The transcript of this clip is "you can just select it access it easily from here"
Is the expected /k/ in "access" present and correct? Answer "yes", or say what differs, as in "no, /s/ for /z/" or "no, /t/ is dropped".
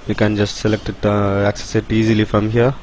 yes